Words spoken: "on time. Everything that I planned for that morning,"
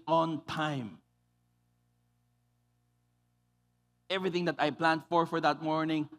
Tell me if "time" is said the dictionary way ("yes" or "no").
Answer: yes